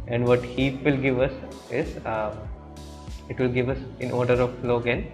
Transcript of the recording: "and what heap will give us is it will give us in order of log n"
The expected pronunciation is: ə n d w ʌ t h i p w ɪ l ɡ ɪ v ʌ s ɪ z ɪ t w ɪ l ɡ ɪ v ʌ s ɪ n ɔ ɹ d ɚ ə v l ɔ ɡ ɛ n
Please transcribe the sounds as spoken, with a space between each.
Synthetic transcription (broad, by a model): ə n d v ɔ t h i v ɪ l ɡ ɪ v ʌ s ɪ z ɪ t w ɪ l ɡ ɪ v ʌ s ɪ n ɔ ɹ d ɚ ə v l ɔ ɡ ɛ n